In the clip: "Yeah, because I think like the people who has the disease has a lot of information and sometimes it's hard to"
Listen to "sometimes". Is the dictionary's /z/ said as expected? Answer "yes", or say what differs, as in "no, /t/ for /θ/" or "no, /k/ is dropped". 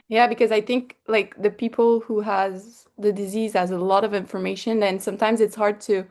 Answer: yes